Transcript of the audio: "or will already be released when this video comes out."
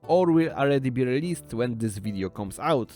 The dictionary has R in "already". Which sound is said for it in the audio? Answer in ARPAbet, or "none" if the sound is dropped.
L